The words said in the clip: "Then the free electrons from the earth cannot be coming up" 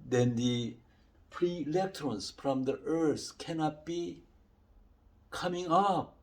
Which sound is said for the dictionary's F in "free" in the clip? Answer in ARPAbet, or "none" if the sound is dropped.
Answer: P